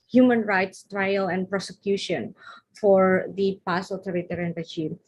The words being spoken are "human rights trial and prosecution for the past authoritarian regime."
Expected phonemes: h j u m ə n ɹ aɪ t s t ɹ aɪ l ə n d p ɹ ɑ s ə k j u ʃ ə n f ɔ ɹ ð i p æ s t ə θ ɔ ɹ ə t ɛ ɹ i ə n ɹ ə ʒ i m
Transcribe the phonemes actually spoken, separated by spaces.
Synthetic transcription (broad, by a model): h j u m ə n ɹ aɪ t s t ɹ aɪ l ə n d p ɹ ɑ s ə k j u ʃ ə n f ɔ ɹ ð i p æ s ə t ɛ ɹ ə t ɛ ɹ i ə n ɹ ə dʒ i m